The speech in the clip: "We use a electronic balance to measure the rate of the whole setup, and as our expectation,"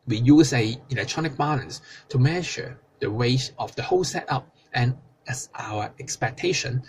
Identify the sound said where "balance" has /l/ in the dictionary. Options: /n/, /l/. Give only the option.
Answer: /n/